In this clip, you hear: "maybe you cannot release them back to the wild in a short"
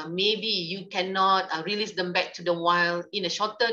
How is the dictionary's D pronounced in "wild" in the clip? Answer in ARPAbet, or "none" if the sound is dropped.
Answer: none